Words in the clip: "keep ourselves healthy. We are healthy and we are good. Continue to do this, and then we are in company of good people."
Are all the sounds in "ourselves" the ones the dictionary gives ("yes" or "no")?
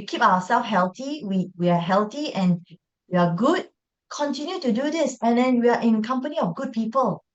no